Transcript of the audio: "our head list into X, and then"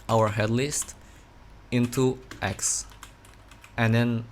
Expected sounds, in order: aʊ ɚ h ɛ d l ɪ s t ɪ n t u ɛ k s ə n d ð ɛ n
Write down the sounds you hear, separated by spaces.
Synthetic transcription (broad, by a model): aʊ ɚ h ɛ d l ɪ s t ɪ n t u ɛ k s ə n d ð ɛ n